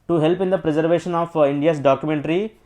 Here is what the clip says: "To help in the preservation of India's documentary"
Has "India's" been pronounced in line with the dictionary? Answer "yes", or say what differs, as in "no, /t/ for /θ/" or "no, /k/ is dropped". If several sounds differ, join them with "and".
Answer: no, /s/ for /z/